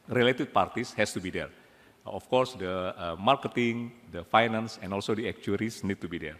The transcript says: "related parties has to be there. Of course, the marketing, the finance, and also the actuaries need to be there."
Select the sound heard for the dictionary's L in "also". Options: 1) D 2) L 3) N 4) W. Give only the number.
2